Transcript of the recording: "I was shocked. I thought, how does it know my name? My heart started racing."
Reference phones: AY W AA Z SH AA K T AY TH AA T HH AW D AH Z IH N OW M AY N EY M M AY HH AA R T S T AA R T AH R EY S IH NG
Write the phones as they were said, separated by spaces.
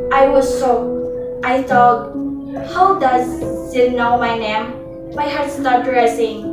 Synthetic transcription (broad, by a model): AY W AA Z S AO T AY TH AA T HH AW D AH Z IH N OW M AY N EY M M AY HH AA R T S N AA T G R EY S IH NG